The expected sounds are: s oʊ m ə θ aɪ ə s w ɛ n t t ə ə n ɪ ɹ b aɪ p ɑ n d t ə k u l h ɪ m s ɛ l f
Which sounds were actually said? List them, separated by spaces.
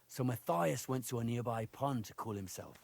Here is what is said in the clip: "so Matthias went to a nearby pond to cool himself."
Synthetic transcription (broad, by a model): s oʊ m ə θ aɪ ə s w ɛ n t t ə ə n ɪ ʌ b aɪ p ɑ n t ə k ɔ l h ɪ m s ɛ l f